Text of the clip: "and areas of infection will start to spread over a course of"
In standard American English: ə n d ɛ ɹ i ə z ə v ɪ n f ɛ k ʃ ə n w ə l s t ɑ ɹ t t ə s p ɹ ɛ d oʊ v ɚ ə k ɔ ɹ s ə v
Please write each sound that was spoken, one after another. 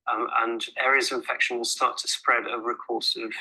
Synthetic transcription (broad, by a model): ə n ɛ ɹ i ə z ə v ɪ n f ɛ k ʃ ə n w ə s t ɑ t t ə s p ɹ ɛ d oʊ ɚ ə k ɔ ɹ s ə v